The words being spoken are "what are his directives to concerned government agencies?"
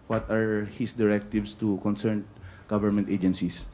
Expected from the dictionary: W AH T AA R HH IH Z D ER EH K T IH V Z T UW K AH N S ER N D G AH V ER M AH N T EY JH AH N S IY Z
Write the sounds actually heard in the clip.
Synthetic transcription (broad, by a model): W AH T AA R HH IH S D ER EH K T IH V S T UW K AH N S ER N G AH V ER M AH N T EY JH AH N S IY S